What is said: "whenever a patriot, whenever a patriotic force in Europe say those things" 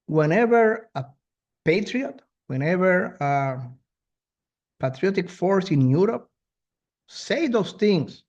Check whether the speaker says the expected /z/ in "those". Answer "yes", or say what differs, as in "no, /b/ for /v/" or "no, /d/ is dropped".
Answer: no, /s/ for /z/